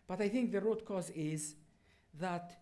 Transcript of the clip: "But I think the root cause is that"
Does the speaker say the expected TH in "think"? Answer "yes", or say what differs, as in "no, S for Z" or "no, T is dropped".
yes